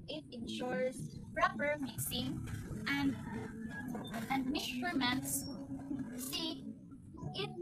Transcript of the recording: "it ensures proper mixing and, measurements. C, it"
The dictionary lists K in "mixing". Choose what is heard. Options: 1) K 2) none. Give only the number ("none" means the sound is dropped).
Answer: 2